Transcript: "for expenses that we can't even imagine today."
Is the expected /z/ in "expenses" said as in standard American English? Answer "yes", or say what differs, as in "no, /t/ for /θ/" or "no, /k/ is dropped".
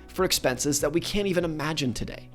yes